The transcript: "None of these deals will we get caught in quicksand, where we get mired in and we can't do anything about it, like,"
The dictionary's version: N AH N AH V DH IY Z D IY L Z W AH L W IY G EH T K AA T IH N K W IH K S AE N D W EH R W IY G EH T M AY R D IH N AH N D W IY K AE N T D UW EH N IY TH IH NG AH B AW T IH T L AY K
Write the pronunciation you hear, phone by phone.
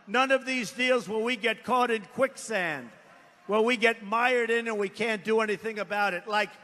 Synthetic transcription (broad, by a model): N AH N AH V DH IY Z D IY L Z W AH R W IY G EH T K AA T IH N K W IH K S AE N D W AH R W IY G EH T M AY R D IH N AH N W IY K AE N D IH EH N IY TH IH NG AH B AW T IH T L AY K